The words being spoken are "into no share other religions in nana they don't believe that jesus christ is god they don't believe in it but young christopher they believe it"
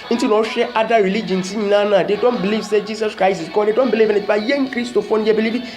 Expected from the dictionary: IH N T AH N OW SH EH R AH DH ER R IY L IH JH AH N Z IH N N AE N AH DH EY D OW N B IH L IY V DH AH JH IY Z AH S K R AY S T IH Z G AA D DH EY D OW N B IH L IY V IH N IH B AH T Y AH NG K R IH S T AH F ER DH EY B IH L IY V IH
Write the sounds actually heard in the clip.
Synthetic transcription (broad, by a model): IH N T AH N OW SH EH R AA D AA R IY L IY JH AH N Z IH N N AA N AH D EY D OW N B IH L IY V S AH JH IY S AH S K R AY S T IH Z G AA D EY D OW N B IH L IY V IH N IH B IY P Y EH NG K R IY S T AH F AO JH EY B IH L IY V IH